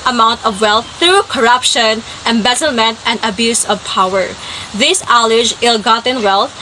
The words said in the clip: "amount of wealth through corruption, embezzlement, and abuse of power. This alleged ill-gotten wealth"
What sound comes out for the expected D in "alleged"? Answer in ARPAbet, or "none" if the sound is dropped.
none